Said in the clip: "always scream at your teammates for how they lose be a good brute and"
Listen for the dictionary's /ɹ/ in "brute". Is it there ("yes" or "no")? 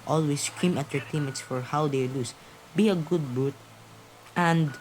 no